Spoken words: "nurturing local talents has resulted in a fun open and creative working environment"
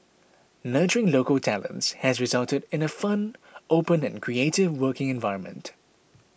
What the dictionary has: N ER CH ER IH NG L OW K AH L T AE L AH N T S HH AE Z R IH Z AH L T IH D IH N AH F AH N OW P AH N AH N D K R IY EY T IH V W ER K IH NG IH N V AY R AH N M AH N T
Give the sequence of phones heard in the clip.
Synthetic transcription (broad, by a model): N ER CH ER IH NG L OW K AH L T AE L AH N T S HH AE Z R IH Z AH L T IH D IH N AH F AH N OW P AH N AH N K R IY EY T IH V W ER K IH NG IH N V AY R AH N M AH N T